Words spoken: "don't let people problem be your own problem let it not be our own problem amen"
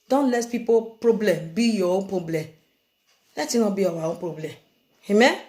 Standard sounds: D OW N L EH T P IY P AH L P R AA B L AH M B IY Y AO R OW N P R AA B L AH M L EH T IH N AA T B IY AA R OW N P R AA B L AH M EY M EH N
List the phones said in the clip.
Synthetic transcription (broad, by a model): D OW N L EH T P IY P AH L P R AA B L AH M B IY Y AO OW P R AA B L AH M L EH T IH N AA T B IY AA W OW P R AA B L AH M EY M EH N